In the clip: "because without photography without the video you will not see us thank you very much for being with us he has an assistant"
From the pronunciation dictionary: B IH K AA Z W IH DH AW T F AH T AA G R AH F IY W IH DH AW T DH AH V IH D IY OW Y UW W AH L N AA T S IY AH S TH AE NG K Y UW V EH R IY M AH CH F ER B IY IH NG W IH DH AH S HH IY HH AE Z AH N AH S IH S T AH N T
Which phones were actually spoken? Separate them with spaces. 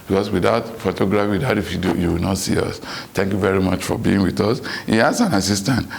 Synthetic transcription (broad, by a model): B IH K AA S W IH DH AW T F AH T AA G R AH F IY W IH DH AW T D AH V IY D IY OW Y UW W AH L N AA T S IY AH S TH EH NG K Y UW V EH R IY M AH CH F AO B IY IH NG W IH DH AH S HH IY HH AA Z AH N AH S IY S T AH N T